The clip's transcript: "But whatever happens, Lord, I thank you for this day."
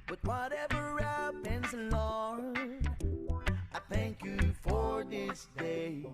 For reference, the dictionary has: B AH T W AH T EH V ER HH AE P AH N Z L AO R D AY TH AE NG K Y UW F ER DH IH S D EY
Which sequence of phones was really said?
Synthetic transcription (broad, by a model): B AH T W AH T EH V ER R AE P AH N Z L AO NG AY TH AE NG K Y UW F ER DH IH S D EY